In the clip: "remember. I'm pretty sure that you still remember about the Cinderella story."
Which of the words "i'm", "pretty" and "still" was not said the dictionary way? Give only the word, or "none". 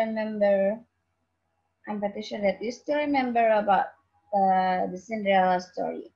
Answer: pretty